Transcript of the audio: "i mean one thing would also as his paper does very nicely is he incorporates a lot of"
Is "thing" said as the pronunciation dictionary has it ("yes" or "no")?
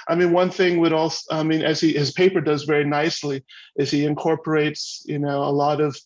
yes